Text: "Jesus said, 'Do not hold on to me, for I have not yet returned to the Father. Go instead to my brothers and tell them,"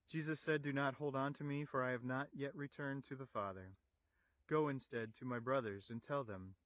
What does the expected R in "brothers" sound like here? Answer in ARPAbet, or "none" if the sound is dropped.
R